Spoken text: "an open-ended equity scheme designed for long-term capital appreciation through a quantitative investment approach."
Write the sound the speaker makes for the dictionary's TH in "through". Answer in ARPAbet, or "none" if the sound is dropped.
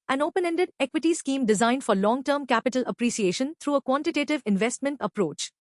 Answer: T